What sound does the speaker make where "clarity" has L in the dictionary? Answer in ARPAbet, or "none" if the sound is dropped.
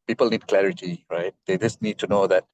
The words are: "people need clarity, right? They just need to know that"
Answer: L